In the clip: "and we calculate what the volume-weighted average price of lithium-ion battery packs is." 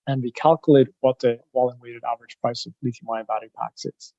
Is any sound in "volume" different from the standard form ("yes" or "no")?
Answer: yes